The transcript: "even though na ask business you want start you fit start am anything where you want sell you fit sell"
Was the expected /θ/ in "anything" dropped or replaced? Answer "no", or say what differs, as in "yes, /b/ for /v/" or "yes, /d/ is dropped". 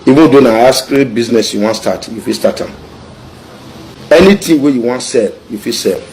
yes, /t/ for /θ/